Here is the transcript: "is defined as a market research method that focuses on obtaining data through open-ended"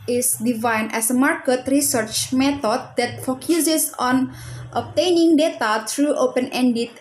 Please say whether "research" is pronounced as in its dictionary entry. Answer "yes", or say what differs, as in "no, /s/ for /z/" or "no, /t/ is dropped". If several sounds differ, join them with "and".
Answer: yes